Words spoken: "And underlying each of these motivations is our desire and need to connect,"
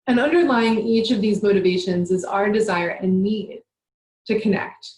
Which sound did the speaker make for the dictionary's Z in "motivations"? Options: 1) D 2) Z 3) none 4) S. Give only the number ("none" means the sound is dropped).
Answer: 2